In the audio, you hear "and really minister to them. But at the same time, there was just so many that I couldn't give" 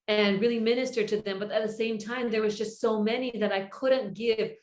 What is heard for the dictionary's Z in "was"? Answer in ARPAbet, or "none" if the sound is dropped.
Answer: Z